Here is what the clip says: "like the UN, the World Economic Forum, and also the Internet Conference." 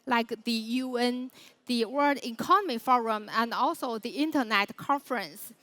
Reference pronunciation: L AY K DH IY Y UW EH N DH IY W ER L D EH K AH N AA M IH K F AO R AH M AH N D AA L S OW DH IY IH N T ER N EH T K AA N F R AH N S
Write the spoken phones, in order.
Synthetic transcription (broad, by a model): L AY K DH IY Y UW EH N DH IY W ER D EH K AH N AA M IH F AO R AH M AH N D AA L S OW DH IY IH N T ER N EH T K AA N F R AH N S